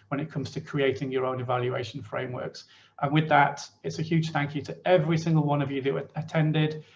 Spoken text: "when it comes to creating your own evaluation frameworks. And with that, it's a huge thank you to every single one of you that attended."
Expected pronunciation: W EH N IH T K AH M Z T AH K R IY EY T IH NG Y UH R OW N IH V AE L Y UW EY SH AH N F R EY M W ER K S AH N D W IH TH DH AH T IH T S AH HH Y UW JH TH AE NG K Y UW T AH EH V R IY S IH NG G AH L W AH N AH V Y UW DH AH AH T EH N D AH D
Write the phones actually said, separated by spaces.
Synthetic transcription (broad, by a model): W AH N IH T K AH M Z T AH K R IY EY T IH NG Y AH R OW N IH V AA L Y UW EY SH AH N F R EY M W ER K S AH N W IH DH AH T IH T S AH HH Y UW JH TH AE NG K Y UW T AH EH V R IY S IH NG G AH L W AH N AH V Y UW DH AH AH T EH N D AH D